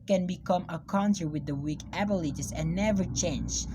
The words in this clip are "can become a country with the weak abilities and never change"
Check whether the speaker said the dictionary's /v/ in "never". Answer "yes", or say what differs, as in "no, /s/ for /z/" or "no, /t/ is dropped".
yes